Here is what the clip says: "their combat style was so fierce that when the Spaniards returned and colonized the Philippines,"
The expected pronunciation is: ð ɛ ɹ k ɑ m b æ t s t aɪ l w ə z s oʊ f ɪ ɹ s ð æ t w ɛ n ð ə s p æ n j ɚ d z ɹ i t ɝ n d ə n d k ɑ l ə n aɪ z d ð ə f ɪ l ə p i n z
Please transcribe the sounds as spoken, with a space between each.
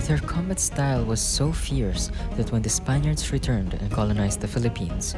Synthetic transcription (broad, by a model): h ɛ ɹ k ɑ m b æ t s t aɪ l w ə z s oʊ f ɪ ɹ s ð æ t w ɛ n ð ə s p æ n j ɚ d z ɹ i t ɝ n d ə n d k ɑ l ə n aɪ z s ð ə f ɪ l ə p i n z